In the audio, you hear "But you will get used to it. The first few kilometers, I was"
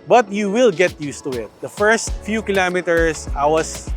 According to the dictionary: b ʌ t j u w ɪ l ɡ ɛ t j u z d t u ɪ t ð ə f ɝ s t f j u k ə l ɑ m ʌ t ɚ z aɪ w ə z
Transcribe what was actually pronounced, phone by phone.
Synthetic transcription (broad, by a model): b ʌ t j u w ɪ l ɡ ɛ t j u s t u ɪ t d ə f ɝ s t f j u k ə l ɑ m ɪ t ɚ s aɪ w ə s